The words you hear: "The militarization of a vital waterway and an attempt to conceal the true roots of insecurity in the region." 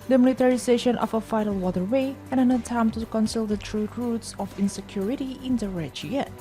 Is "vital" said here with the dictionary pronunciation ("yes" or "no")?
no